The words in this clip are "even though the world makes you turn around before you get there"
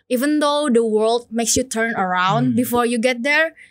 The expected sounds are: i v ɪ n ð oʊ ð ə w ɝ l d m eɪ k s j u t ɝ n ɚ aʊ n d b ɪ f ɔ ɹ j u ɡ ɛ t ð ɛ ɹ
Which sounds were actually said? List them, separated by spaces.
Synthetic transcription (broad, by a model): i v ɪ n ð oʊ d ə w ɝ l d m eɪ k s j u t ɝ n ɚ aʊ n d b ɪ f ɔ ɹ j u ɡ ɛ t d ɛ ɹ